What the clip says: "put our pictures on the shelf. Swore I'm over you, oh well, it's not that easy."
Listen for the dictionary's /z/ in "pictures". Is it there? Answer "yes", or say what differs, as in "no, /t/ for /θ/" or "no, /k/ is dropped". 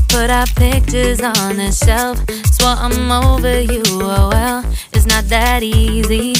yes